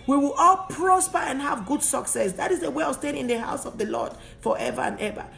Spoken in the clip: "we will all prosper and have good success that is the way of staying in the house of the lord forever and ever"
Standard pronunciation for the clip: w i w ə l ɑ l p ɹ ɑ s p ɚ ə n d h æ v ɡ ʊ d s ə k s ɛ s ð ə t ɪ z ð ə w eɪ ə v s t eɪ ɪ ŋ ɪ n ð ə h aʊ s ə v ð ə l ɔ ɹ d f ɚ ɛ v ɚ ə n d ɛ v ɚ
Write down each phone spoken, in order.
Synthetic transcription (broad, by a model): w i w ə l ɑ l p ɹ ɑ s p ɚ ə n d h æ v ɡ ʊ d s ə k s ɛ s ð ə t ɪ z ð ə w eɪ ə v s t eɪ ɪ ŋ ɪ n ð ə h aʊ s ə v ð ə l ɔ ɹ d f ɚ ɛ v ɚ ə n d ɛ v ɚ